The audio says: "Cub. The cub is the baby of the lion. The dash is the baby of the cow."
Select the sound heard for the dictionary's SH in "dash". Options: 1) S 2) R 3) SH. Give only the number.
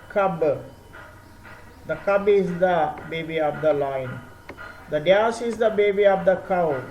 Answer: 1